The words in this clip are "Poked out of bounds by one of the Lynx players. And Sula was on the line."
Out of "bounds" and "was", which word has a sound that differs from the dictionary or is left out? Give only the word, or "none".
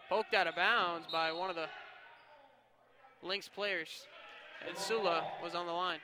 none